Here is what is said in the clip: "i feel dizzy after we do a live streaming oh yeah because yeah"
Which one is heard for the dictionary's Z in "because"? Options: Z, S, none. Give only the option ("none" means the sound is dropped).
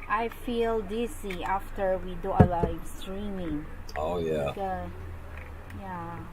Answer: none